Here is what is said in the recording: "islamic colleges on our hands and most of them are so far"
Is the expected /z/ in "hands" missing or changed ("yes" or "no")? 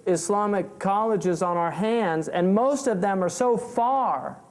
no